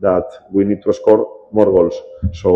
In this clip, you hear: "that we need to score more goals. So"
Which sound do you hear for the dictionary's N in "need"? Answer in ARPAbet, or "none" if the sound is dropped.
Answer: N